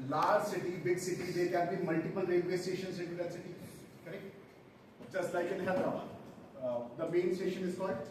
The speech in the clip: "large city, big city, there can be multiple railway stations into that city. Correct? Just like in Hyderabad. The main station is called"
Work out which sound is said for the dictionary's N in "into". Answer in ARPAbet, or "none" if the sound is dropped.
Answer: none